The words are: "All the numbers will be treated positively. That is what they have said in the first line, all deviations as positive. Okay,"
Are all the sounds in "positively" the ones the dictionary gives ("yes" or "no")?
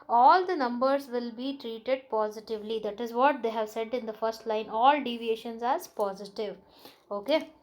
yes